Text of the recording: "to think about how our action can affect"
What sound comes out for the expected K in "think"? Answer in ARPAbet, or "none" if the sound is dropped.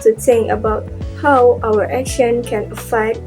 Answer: none